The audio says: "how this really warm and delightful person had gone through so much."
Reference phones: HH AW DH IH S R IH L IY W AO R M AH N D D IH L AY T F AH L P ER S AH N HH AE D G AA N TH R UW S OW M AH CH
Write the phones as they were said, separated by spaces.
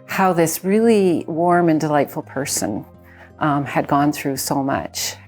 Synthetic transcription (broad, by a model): HH AW DH IH S R IH L IY W AO R M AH N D D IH L AY T F L P ER S AH N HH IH D G AA N TH R UW S OW M AH CH